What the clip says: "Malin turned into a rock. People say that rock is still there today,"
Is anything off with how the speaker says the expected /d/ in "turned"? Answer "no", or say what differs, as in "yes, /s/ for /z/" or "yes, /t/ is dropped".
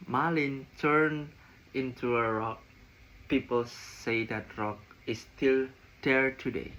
yes, /d/ is dropped